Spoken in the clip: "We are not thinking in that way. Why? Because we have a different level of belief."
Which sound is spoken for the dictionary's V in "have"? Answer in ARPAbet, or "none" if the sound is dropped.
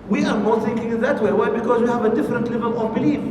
V